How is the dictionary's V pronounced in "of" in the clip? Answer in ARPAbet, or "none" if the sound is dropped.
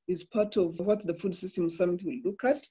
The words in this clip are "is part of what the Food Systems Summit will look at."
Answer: V